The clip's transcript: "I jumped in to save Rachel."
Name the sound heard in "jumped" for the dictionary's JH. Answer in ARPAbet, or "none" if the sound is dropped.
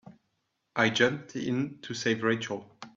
JH